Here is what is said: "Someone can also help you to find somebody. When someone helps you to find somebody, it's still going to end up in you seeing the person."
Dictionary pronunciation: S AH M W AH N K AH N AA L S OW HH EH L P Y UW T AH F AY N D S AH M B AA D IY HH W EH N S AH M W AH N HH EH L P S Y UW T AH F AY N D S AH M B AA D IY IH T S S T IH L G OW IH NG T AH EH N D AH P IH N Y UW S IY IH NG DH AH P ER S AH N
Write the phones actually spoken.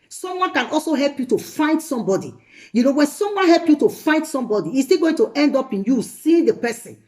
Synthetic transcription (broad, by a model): S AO M W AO N K AH N AA L S OW HH EH L P Y UW T AH F AY N D S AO M B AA D IY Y W EH N S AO M W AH N HH EH L P Y UW T AH F AY N D S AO M B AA D IY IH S S T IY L G OW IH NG T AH EH N D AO P IH N Y UW S IY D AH P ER S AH N